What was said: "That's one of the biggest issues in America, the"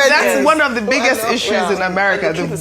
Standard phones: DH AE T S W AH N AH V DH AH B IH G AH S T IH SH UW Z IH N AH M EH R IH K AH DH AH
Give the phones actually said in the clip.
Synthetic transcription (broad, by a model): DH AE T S W AH N AH V DH AH B IH G AH S T IH SH UW Z IH N AH M EH R IH K AH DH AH